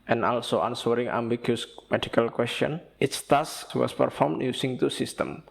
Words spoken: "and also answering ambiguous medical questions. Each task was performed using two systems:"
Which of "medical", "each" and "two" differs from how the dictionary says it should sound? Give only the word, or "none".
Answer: each